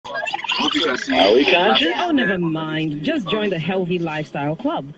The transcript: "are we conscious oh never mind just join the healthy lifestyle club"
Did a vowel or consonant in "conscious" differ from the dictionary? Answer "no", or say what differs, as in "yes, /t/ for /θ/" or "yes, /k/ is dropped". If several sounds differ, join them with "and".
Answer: yes, /s/ is dropped